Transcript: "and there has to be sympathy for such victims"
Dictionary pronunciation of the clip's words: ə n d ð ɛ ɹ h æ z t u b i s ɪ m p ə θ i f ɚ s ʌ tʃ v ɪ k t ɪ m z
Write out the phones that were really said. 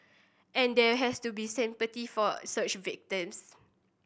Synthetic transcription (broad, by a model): ə n d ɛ h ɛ s t u b i s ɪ m p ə t i f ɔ s ʌ tʃ v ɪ k t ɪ m s